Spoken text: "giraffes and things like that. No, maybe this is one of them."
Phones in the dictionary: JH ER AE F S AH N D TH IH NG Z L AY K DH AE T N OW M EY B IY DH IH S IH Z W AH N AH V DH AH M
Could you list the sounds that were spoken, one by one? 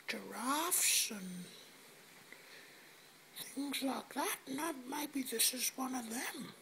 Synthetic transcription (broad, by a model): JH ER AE F S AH N TH IH NG Z L AY K DH AE T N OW M EY B IY DH IH S IH Z W AH N AH V DH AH M